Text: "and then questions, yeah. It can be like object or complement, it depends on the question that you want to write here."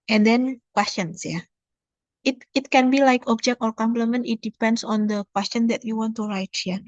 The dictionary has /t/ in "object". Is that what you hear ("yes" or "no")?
yes